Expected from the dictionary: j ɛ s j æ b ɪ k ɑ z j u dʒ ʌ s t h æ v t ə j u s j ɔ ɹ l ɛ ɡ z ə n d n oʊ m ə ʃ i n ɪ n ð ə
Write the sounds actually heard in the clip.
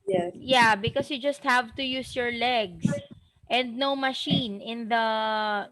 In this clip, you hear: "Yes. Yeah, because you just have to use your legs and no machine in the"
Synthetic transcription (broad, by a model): j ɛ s j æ b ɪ k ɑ s j u dʒ ʌ s t h æ v t ə j u s j ɔ ɹ l ɛ ɡ s ə n d n oʊ m ə ʃ i n ɪ n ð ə